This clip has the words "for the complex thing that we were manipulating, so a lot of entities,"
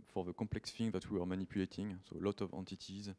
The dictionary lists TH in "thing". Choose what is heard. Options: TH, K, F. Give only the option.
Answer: F